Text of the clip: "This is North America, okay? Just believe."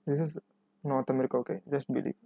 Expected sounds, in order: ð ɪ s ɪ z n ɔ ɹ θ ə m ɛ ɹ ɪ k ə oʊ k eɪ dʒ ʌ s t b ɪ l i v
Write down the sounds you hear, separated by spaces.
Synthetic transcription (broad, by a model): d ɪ s ɪ z n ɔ ɹ t ə m ɛ ɹ ɪ k ə oʊ k eɪ dʒ ʌ s t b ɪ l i